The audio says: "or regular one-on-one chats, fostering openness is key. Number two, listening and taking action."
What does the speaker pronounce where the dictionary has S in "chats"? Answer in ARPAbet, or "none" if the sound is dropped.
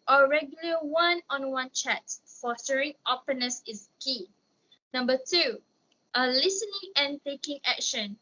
none